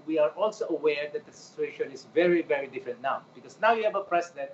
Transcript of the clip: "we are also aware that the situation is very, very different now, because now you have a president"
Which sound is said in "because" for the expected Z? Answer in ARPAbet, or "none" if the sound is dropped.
S